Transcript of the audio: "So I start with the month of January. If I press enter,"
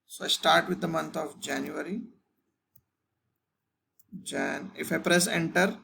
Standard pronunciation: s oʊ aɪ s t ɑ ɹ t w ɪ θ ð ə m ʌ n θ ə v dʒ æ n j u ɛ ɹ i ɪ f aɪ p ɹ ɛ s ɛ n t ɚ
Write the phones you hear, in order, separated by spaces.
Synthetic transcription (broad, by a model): s oʊ aɪ s t ɑ ɹ t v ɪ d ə m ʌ n t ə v dʒ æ n j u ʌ ɹ i ɪ f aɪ p ɹ ɛ s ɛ n t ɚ